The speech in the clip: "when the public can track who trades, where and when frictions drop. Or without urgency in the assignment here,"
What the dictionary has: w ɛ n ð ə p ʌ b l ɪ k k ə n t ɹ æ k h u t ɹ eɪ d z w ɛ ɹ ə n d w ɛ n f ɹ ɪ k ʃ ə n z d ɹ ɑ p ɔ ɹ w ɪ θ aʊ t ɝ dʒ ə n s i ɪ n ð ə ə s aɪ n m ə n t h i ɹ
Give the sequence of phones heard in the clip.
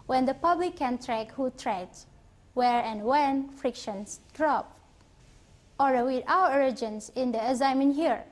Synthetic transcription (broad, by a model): w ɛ n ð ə p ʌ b l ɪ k k ə n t ɹ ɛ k h u t ɹ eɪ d s w ɛ ɹ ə n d w ɛ n f ɹ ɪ k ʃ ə n s d ɹ ɑ p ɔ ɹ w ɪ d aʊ ɝ dʒ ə n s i ɪ n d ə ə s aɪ m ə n h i ɹ